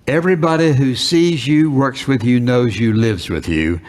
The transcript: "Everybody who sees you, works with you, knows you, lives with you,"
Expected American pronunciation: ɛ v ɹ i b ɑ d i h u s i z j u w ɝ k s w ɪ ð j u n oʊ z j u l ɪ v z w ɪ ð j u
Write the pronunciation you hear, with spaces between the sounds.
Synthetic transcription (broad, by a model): ɛ v ɹ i b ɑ d i h u s i z j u w ɝ k s w ɪ ð j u n oʊ z j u l ɪ v z w ɪ ð j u